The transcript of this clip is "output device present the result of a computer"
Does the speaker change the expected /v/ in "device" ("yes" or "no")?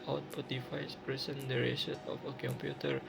yes